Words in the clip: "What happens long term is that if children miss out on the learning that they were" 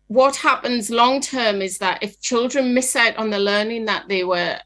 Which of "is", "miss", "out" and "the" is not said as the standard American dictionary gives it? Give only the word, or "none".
none